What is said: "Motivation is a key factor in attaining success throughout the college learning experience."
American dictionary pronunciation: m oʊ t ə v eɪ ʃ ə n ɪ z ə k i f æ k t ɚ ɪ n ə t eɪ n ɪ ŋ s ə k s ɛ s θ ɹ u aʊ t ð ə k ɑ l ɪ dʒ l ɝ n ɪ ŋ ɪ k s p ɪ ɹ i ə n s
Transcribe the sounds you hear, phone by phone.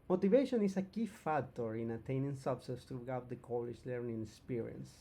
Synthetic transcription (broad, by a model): m oʊ t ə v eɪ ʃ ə n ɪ s ə k i f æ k t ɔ ɪ n ə t eɪ n ɪ ŋ s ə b s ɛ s t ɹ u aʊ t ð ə k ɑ l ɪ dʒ l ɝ n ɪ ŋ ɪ k s p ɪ ɹ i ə n s